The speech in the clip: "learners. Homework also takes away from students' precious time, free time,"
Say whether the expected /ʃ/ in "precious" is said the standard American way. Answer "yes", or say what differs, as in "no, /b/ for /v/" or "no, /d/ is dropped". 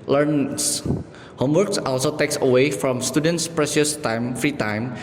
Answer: no, /s/ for /ʃ/